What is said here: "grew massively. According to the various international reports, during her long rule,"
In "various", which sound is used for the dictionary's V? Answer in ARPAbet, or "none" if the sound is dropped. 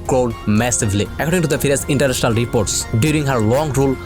F